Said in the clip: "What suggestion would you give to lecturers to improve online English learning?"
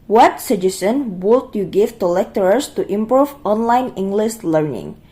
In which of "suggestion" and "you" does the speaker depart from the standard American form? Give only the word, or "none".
suggestion